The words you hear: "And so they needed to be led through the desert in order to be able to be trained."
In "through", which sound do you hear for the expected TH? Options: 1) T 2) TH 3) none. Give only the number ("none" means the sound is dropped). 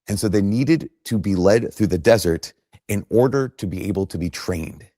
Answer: 2